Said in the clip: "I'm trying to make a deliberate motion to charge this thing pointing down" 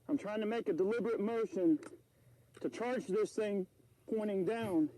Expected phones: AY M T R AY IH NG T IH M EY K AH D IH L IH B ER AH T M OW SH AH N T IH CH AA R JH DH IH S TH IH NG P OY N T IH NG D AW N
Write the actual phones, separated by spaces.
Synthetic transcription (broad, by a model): AY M T R AY IH NG T IH M EY K AH D IH L IH B ER AH T M OW SH AH N T IH CH AA R JH DH IH S TH IH NG P OY T IH NG D AW N